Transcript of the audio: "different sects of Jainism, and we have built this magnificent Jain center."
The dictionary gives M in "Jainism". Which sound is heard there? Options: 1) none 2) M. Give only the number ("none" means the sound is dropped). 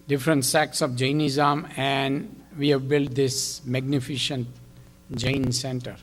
2